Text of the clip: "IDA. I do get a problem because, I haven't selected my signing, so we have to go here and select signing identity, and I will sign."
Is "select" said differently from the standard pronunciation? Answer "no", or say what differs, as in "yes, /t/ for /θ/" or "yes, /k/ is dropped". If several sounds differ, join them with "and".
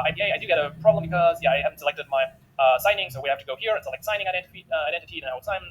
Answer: yes, /l/ is dropped